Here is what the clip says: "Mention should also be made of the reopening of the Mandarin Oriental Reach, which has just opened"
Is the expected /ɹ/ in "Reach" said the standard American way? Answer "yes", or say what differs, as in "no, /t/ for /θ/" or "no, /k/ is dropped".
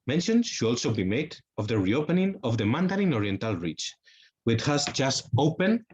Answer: yes